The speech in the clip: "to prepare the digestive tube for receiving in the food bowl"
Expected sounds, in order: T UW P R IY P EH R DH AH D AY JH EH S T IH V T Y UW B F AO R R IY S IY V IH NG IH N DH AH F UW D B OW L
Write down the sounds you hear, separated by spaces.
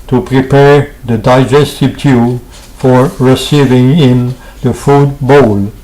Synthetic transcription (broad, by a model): T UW P R IY P EH R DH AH D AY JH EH S T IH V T Y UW F AO R R IY S IY V IH NG IH N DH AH F UW D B OW L